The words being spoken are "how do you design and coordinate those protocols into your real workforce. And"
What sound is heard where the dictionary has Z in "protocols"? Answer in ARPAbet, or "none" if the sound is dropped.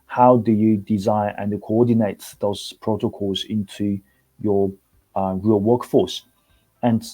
Z